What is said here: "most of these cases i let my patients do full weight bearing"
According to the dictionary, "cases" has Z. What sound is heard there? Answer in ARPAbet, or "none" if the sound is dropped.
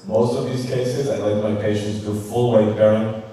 Z